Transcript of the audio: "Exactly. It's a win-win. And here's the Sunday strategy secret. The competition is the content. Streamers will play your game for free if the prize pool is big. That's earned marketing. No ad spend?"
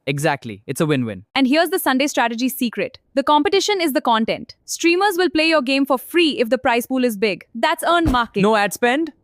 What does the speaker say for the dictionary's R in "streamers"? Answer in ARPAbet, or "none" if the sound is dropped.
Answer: R